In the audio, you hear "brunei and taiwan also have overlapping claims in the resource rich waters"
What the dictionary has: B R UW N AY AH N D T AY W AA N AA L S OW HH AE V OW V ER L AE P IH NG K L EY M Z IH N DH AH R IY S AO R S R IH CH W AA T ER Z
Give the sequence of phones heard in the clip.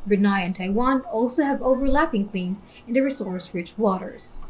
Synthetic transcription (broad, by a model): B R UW N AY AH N T AY W AA N AA L S OW HH AE V OW V ER L AE P IH NG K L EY M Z IH N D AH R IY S AO R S R IH CH W AA T ER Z